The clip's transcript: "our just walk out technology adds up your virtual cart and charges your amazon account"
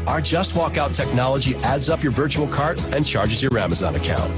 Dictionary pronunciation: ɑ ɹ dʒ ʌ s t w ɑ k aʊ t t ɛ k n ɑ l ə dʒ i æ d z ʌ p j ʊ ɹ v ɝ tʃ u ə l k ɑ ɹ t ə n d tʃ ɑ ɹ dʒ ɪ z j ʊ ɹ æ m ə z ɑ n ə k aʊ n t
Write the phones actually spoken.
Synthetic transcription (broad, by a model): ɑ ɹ dʒ ʌ s t w ɑ k aʊ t t ɛ k n ɑ l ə dʒ i æ d z ʌ p j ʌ ɹ v ɝ tʃ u l k ɑ ɹ t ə n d tʃ ɑ ɹ dʒ ɪ z j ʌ ɹ æ m ə z ɑ n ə k aʊ n t